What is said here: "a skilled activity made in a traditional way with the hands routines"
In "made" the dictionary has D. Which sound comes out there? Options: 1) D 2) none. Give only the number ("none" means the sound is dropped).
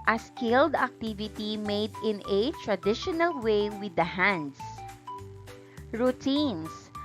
1